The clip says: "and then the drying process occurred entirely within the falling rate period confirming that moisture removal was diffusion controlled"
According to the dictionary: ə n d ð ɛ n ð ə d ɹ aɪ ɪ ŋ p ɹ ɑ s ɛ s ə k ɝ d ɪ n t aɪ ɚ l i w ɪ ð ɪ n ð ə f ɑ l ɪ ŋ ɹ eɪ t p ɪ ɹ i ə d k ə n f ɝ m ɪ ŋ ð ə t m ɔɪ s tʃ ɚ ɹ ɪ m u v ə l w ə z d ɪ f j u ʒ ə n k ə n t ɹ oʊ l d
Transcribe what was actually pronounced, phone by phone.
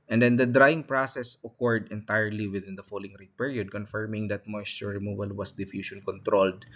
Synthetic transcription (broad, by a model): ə n d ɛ n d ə d ɹ aɪ ɪ ŋ p ɹ ɑ s ɛ s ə k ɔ d ɪ n t aɪ ɚ l i w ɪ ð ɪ n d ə f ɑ l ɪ ŋ ɹ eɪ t p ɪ ɹ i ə d k ə n f ɝ m ɪ ŋ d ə t m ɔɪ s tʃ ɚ ɹ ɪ m u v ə l w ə s d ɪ f j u ʃ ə n k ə n t ɹ oʊ l d